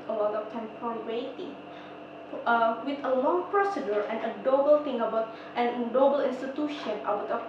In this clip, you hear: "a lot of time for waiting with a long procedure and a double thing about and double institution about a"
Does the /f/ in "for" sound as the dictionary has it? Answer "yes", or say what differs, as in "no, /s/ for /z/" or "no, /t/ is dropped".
no, /p/ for /f/